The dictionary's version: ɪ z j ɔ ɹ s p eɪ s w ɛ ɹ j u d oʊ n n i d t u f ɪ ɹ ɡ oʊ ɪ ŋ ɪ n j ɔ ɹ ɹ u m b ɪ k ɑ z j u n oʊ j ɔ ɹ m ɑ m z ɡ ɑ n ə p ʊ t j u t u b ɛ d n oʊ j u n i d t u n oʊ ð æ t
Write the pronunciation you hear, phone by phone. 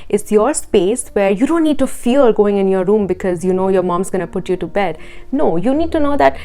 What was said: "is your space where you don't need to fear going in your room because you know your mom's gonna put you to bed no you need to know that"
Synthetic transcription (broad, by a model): ɪ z j ɔ ɹ s p eɪ s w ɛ ɹ j u d oʊ n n i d t u f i l ɡ oʊ ɪ ŋ ɪ n j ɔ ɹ ɹ u m b ɪ k ɑ z j u n oʊ j ɔ ɹ m ɑ m z ɡ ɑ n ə p ʊ t j u t u b ɛ d n oʊ j u n i d t u n oʊ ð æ t